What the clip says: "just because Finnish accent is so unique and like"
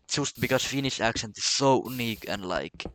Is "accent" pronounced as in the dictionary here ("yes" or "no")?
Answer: no